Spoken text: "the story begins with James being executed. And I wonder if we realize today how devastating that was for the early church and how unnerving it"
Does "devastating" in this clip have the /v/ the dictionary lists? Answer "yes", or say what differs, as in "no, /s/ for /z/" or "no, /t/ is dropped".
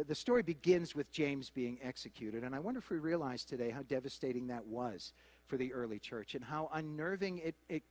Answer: yes